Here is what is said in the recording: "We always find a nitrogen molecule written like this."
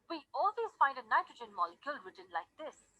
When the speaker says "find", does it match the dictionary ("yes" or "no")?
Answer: yes